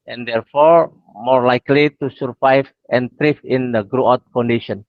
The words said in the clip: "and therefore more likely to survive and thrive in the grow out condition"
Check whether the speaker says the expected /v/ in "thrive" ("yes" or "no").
no